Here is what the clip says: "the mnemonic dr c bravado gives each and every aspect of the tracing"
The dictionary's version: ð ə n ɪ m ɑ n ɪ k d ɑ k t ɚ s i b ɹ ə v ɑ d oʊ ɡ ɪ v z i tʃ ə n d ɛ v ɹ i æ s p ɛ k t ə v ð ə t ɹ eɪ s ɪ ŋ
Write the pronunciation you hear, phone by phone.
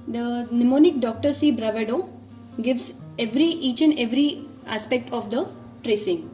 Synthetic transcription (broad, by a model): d ə n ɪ m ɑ n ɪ k d ɑ k t ɚ s i b ɹ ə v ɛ d oʊ ɡ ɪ v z i tʃ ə n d ɛ v ɹ i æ s p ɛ k t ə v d ə t ɹ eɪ s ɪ ŋ